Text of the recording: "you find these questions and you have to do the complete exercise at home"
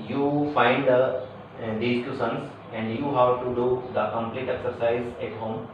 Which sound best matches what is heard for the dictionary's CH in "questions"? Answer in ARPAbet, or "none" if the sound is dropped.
none